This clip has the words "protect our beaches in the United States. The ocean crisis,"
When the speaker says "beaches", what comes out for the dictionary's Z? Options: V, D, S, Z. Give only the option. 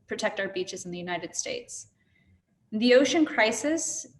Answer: Z